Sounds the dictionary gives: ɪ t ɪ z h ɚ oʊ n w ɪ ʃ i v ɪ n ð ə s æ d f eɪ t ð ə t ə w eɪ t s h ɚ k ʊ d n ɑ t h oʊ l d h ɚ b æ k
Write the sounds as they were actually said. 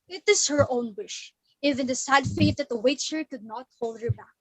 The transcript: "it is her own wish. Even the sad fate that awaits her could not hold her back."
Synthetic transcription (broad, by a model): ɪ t ɪ z h ɚ oʊ n w ɪ ʃ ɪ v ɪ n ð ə s æ d f eɪ t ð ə t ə w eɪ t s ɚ k ʊ d n ɑ t h oʊ l d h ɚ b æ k